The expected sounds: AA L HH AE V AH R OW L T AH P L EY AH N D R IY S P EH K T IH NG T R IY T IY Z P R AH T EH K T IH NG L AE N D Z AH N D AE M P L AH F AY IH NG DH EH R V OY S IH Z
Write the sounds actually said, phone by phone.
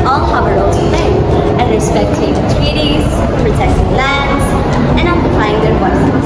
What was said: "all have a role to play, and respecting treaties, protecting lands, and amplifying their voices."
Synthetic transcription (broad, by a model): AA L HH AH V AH R OW L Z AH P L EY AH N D R IY S P EH K T IH NG T R IY T IY Z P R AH T EH K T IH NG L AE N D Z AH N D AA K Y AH P AY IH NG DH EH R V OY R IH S